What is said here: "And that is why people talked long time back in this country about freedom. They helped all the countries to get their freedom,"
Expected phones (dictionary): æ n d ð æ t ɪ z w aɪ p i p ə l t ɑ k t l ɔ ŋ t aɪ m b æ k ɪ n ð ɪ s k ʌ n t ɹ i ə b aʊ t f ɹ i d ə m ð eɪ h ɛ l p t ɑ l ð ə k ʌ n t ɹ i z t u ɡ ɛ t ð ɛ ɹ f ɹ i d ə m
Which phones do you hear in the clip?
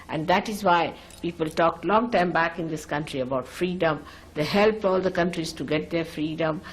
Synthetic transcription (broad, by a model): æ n d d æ t ɪ z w aɪ p i p ə l t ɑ k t l ɔ ŋ t aɪ m b æ k ɪ n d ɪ s k ʌ n t ɹ i ə b aʊ t f ɹ i d ə m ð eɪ h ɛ l p ɑ l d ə k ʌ n t ɹ i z t u ɡ ɛ t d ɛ ɹ f ɹ i d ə m